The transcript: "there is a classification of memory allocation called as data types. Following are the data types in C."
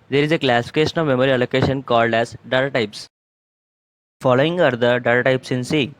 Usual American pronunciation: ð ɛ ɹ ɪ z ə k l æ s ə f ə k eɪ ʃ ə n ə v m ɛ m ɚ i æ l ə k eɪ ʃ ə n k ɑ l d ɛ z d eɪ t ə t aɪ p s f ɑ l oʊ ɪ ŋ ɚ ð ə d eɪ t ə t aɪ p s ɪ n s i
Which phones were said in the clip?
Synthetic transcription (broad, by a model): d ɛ ɹ ɪ z ə k l æ s ə f ə k eɪ ʃ ə n ə v m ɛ m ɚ i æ l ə k eɪ ʃ ə n k ɑ l d ɛ z d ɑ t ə t aɪ p s f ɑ l oʊ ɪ ŋ ɚ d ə d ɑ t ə t aɪ p s ɪ n s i